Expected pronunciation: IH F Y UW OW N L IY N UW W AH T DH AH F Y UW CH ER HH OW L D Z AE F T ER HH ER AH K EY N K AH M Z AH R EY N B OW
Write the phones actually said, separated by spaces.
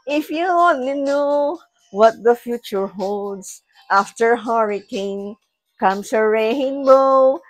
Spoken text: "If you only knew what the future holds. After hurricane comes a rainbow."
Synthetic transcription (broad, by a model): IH F Y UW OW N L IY N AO W AH T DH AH F Y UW CH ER HH OW L D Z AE F T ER HH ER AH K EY N K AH M S AH R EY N B OW